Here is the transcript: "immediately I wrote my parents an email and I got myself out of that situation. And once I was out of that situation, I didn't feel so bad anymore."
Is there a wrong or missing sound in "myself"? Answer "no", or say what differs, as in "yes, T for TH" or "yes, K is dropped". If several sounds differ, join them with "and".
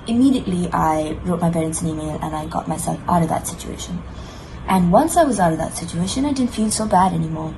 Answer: no